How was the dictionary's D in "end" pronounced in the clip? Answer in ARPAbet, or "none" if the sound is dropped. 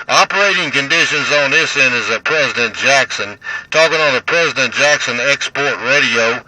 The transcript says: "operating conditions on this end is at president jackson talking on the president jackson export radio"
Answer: none